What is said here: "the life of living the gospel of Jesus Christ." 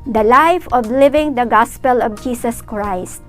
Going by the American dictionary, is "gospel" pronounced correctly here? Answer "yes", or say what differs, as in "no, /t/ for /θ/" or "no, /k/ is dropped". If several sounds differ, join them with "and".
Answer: yes